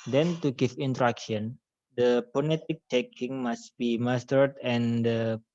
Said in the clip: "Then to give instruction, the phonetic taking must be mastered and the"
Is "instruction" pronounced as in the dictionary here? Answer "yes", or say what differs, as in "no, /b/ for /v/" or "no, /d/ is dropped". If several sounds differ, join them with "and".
no, /s/ is dropped